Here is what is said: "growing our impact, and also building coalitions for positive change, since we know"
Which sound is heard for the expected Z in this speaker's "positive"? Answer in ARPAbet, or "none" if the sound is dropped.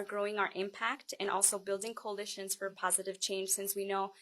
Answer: Z